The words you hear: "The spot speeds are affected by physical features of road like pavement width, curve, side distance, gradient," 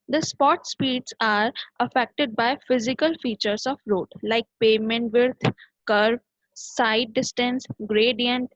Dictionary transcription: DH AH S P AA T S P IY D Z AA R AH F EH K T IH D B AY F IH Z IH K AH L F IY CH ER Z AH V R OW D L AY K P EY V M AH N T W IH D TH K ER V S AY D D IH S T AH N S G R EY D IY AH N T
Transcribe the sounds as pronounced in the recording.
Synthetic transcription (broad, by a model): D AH S P AA T S P IY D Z AA R AH F EH K T IH D B AY F IH Z IH K AH L F IY CH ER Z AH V R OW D L AY K P EY M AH N T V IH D T K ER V S AY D D IH S T AH N S G R EY D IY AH N T